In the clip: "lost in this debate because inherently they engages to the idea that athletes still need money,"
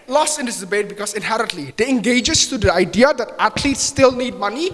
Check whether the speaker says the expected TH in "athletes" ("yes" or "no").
no